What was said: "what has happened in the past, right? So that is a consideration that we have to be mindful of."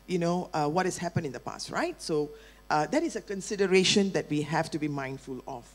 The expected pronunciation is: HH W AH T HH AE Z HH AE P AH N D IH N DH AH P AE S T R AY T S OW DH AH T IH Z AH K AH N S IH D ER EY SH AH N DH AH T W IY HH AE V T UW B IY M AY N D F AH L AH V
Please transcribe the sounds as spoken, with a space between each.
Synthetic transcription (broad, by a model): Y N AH T HH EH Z HH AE P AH N IH N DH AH P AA S T R AY T S OW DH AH T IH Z AH K AH N S IH D ER EY SH AH N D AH T W IY HH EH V T UW B IY M AY N D F AH L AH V